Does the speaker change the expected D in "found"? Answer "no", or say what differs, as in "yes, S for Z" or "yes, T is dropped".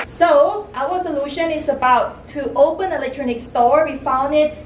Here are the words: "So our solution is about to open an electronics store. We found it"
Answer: no